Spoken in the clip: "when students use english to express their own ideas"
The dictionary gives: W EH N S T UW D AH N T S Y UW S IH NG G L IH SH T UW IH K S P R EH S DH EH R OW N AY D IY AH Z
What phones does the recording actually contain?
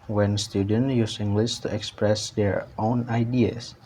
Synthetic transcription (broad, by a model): W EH N S T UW D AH N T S Y UW S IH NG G L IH S T UW IH K S P R EH S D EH R OW N AY D IY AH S